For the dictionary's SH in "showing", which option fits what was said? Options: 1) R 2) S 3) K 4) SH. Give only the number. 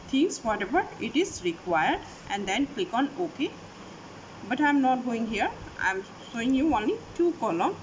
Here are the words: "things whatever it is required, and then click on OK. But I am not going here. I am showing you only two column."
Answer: 2